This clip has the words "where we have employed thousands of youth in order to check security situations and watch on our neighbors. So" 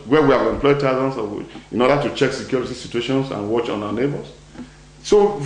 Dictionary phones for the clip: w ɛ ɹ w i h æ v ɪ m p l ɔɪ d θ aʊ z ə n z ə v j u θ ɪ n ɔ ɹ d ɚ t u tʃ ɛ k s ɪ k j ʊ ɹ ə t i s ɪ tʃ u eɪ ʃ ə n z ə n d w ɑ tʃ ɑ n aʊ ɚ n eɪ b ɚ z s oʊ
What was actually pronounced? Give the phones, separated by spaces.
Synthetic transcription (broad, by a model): w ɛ w i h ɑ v ɪ m p l ɔɪ d t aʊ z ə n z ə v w ɪ n ɔ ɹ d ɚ t u tʃ ɛ k s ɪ k j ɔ ɹ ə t i s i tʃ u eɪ ʃ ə n s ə n w ɑ tʃ ɑ n aʊ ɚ n eɪ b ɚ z s oʊ